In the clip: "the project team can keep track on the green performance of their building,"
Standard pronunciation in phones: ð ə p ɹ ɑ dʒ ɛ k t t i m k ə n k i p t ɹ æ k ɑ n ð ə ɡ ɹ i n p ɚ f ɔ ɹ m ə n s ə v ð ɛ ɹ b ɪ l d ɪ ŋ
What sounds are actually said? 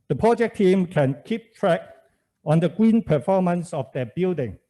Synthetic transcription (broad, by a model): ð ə p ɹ ɑ dʒ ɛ k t t i m k ə n k i p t ɹ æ k ɑ n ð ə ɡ w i n p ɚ f ɔ m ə n s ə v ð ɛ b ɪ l d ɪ ŋ